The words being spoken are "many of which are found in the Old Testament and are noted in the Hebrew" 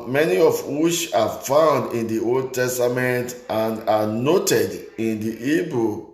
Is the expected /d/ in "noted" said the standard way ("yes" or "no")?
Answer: yes